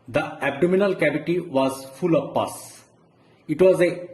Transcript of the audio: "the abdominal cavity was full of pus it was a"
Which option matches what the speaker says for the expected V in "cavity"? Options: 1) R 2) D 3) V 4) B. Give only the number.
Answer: 4